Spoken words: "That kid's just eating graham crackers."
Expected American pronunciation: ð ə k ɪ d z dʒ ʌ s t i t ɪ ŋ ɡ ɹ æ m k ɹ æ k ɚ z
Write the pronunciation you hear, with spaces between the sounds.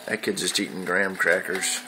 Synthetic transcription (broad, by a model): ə k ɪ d dʒ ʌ s t i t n ɡ ɹ æ m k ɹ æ k ɚ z